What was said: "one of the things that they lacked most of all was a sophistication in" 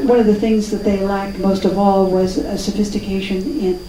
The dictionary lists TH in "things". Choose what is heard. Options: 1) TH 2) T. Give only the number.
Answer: 1